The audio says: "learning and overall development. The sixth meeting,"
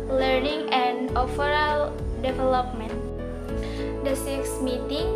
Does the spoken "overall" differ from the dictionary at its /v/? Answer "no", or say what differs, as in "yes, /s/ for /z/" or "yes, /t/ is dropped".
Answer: yes, /f/ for /v/